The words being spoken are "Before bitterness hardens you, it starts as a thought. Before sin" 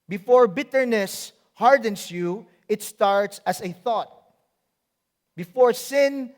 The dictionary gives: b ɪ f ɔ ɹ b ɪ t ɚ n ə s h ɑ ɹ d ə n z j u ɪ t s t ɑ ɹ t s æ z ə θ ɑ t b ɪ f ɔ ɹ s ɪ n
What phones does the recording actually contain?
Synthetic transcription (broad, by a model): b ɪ f ɔ ɹ b ɪ t ɚ n ə s h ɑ ɹ d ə n s j u ɪ t s t ɑ ɹ t s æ s ə θ ɑ t b ɪ f ɔ ɹ s ɪ n